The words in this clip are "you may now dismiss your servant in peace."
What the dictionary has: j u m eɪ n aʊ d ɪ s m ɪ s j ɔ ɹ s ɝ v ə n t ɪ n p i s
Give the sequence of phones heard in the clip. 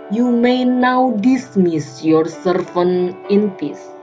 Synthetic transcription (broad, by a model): j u m eɪ n aʊ d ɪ s m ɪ s j ɔ ɹ s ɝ f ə n ɪ n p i s